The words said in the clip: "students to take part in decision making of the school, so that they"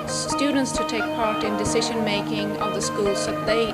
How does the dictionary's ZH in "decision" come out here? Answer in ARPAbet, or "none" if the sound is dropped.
ZH